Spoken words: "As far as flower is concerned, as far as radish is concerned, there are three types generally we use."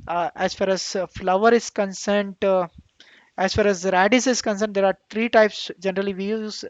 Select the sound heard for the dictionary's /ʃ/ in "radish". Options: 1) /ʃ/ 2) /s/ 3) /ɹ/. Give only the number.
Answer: 2